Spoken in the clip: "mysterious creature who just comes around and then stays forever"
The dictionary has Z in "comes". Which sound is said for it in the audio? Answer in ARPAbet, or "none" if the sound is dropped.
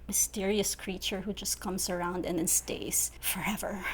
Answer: S